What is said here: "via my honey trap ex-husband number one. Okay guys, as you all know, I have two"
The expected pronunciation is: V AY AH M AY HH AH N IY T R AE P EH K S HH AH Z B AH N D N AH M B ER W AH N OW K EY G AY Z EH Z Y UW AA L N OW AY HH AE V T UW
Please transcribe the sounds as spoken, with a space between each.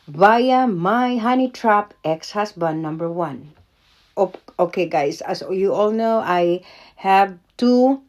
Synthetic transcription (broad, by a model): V AY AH M AY HH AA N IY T R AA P EH K S HH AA S B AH N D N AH M B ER W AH N OW K EY G AY S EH S Y UW AA L N OW AY HH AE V T UW